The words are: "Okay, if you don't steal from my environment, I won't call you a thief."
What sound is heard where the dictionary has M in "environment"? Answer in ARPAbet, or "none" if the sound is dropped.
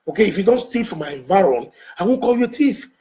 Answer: none